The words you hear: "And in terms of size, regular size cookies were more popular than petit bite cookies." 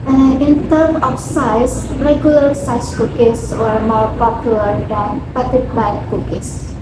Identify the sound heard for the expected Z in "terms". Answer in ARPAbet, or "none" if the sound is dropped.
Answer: none